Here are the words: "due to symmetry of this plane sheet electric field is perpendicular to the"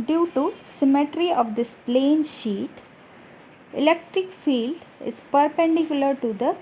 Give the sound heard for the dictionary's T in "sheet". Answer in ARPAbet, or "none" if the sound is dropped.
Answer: T